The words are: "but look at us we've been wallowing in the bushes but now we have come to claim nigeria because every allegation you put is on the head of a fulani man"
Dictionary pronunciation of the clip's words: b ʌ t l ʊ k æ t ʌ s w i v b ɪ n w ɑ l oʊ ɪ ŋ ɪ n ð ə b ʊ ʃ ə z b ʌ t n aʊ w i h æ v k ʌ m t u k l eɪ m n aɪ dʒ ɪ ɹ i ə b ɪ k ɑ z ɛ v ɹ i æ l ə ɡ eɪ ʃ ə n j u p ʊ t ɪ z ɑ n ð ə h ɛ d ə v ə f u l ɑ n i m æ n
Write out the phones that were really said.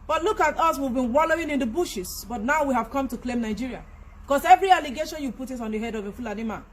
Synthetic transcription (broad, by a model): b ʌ t l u k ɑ t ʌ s w i v b ɪ n w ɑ l oʊ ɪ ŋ ɪ n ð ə b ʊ ʃ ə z b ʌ t n aʊ w i h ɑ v k ʌ m t u k l eɪ m n aɪ dʒ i ɹ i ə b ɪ k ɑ s ɛ v ɹ i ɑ l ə ɡ eɪ ʃ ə n j u p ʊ t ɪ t ɑ n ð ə h ɛ d ə v ə f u l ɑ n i m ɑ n